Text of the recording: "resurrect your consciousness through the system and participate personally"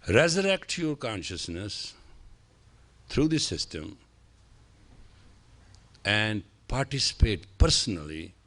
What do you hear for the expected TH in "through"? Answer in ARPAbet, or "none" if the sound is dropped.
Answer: T